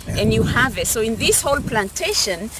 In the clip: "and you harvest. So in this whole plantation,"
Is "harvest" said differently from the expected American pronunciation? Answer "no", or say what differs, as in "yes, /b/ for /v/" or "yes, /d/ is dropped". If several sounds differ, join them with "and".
yes, /s/ is dropped